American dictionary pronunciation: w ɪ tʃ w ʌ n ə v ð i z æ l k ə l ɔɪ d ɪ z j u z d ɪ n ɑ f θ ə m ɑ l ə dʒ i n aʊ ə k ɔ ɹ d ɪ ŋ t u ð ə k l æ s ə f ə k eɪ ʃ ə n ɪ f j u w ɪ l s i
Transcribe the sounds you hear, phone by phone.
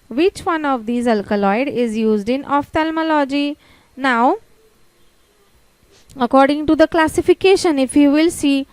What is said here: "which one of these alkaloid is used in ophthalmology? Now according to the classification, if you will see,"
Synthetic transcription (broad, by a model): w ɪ tʃ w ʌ n ə v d i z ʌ l k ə l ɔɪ d ɪ z j u z d ɪ n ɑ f t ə m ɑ l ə dʒ i n aʊ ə k ɔ ɹ d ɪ ŋ t u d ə k l æ s ə f ə k eɪ ʃ ə n ɪ f j u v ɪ l s i